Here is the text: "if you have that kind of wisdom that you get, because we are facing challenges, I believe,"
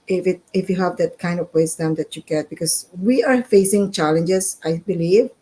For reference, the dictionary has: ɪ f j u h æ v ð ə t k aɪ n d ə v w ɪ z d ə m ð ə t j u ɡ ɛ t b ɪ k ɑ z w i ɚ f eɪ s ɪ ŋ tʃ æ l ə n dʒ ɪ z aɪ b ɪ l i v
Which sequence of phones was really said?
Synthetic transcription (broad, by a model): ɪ f j u h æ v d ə t k aɪ n d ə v w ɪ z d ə m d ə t j u ɡ ɛ t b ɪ k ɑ s w i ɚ f eɪ s ɪ ŋ tʃ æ l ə n dʒ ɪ s aɪ b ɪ l i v